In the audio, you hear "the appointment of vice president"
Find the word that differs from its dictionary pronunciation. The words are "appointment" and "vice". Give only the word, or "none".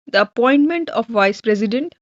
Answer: none